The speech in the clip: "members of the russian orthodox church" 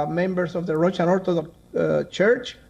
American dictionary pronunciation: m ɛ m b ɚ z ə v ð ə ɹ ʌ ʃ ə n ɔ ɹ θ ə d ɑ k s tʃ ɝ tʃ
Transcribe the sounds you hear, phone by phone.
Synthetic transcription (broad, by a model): m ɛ m b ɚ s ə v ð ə ɹ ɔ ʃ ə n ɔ ɹ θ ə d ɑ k tʃ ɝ tʃ